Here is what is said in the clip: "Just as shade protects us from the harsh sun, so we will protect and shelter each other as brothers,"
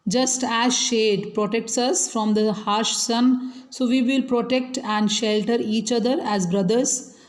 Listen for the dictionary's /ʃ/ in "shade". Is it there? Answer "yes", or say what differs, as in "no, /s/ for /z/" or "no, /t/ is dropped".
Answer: yes